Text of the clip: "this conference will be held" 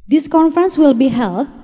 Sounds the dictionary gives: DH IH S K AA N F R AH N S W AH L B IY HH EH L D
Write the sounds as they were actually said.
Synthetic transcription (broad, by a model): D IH S K AA N F R AH N S W AH L B IY HH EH L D